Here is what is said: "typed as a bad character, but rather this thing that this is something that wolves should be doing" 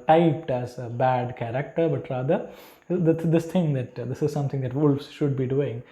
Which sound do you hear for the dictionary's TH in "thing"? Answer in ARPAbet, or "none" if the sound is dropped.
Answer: T